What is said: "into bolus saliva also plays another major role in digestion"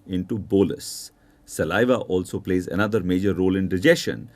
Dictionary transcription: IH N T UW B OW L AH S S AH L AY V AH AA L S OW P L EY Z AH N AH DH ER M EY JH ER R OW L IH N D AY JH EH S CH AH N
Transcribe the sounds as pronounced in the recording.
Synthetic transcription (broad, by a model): IH N T UW B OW L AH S S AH L AY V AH AA L S OW P L EY Z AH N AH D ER M EY JH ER R OW L IH N D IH JH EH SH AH N